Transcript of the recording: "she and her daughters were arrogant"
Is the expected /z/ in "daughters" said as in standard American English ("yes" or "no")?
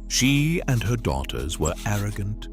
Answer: yes